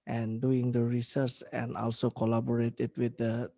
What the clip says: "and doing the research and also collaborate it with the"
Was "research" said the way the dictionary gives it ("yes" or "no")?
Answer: no